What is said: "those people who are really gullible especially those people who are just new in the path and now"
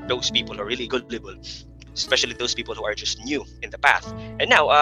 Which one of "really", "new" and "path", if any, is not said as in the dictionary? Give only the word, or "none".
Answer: none